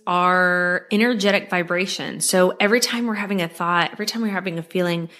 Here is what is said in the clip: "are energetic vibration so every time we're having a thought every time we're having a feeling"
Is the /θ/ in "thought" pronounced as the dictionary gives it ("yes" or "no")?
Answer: yes